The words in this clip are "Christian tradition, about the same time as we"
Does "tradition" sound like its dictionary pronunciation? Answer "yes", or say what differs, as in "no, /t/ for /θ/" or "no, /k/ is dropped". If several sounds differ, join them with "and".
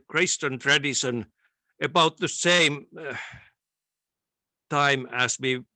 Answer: no, /s/ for /ʃ/